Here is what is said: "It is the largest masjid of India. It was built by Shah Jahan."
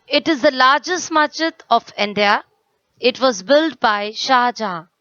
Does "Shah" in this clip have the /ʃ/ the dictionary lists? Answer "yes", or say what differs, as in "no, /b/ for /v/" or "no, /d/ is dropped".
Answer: yes